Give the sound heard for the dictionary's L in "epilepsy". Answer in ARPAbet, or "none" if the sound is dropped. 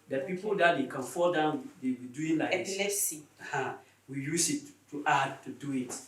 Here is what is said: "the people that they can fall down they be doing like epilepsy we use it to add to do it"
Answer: none